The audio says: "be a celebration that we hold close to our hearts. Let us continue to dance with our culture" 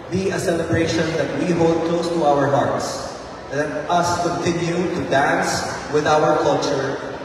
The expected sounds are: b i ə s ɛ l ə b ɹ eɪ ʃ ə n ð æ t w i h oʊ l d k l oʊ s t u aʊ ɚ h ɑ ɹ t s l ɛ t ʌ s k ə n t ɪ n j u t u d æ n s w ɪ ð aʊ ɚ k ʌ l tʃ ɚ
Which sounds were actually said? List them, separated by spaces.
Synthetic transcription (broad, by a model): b i ə s ɛ l ə b ɹ eɪ ʃ ə n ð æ t w i h oʊ l d k l oʊ s t u aʊ ɚ h ɑ ɹ t s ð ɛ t ʌ s k ə n t ɪ n j u t u d æ n s w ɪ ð aʊ ɚ k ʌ l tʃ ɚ